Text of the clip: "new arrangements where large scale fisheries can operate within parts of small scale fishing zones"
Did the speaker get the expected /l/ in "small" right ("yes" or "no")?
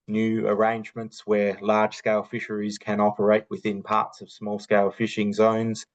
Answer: yes